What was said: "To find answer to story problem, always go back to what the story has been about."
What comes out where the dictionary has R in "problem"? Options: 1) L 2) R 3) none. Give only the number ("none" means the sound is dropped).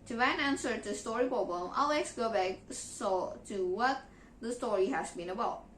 3